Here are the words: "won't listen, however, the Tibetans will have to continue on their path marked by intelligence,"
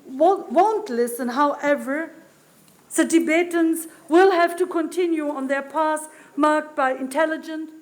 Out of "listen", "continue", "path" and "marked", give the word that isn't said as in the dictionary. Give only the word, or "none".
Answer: path